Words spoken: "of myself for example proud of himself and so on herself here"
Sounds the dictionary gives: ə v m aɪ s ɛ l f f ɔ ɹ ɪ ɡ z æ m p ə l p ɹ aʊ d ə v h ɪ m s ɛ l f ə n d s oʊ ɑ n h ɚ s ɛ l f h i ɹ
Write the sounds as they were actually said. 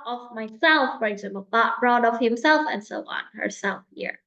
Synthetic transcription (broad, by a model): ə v m aɪ s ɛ l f f ɔ ɹ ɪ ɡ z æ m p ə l b ɹ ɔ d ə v h ɪ m s ɛ l f ə n d s oʊ ɑ n h ɚ s ɛ l f h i ɹ